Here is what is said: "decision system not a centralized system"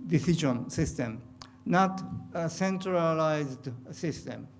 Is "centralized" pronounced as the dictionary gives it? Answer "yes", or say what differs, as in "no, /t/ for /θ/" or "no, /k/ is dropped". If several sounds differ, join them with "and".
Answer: yes